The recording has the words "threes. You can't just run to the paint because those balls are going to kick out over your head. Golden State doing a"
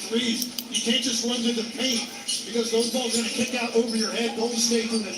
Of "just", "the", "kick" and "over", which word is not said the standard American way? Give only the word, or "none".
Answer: over